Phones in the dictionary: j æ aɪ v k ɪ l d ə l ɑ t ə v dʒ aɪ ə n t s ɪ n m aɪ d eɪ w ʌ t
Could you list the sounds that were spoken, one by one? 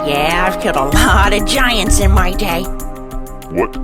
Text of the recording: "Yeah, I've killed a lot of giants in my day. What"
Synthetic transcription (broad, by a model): j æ aɪ v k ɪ d ə l ɑ t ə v dʒ aɪ ə n t s ɪ n m aɪ d eɪ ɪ